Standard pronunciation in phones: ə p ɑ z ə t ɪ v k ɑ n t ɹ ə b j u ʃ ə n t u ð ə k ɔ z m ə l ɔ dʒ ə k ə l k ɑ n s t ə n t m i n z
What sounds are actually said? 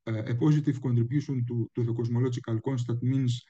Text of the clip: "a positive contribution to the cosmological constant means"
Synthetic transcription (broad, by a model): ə p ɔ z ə t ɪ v k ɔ n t ɹ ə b j u s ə n t u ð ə k ɔ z m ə l ɔ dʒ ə k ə l k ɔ n s t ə t m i n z